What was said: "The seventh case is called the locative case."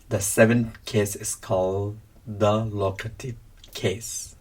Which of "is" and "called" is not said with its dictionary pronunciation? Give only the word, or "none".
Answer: is